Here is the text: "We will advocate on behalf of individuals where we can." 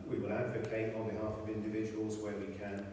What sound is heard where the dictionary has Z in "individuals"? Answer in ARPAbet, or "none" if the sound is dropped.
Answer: Z